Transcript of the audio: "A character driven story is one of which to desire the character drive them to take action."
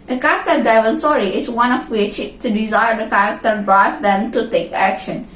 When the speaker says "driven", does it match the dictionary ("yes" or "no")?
no